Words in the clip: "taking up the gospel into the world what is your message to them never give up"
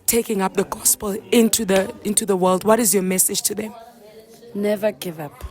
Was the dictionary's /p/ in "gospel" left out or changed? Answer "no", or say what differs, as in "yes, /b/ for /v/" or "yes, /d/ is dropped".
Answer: no